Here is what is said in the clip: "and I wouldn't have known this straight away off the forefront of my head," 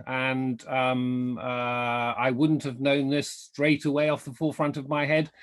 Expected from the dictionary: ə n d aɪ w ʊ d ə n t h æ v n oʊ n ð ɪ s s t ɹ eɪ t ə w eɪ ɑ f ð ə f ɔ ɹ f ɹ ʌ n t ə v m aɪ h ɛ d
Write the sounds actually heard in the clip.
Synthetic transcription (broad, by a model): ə n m aɪ w ʊ d n t h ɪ v n oʊ n ð ɪ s s t ɹ eɪ t ə w eɪ ɑ f ð ə f ɔ ɹ f ɹ ʌ n t ə v m aɪ h ɛ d